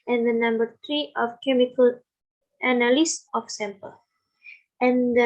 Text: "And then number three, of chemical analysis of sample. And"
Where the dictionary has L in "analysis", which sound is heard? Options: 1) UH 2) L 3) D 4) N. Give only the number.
4